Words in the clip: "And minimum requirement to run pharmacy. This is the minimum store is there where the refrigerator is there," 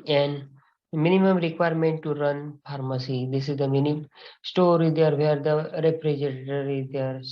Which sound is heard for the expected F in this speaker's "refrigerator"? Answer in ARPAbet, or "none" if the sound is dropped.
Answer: P